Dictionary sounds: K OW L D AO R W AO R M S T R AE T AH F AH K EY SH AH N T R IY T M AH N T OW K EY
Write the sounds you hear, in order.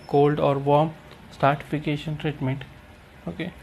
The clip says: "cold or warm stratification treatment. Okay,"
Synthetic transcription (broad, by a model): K OW L D AO R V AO R M S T AA T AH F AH K EY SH AH N T R IY T M AH N T OW K EY